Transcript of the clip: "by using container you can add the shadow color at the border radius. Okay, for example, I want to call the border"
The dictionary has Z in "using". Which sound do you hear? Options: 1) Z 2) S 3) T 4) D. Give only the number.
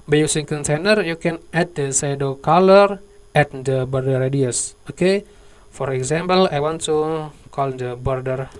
2